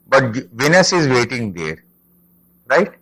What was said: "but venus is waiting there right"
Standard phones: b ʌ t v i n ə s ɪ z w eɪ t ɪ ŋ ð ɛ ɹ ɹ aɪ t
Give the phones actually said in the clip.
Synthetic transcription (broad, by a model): b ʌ t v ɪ n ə s ɪ z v eɪ t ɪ ŋ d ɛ ɹ ɹ aɪ t